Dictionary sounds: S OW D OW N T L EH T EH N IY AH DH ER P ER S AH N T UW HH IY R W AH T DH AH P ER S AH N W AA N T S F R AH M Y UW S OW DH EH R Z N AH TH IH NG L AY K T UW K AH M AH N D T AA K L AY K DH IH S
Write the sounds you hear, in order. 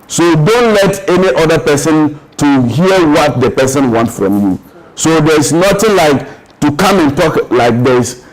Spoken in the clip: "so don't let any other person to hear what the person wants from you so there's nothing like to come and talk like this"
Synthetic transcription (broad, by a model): S OW D OW N T L EH T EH N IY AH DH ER P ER S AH N T UW HH IY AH W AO T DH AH P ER S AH N W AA N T F R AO M Y UW S OW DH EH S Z N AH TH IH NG L AY K T UW K AH M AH N T AA K L AY K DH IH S